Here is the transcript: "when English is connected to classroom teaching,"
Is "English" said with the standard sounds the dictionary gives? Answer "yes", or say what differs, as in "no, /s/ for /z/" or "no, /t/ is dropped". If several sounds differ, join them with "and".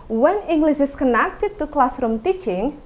no, /s/ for /ʃ/